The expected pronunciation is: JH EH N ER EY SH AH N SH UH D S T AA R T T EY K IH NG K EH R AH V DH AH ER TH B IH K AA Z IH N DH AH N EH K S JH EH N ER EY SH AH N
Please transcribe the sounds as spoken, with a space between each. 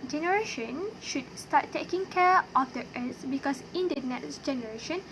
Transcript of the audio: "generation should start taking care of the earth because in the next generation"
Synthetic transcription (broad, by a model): JH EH N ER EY SH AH N SH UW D S T AA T T EY K IH NG K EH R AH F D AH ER S B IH K AA S IH N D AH N EH K S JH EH N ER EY SH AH N